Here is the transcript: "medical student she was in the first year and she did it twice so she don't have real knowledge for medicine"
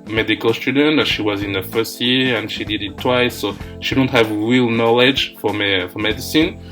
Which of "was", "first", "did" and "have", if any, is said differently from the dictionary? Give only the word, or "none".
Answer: none